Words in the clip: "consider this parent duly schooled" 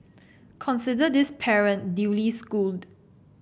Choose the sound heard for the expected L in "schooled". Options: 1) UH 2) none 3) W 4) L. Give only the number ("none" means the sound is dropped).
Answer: 4